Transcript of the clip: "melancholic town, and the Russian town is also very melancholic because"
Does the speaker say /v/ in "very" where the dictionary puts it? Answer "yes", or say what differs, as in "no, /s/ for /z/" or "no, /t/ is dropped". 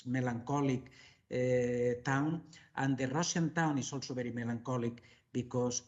no, /b/ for /v/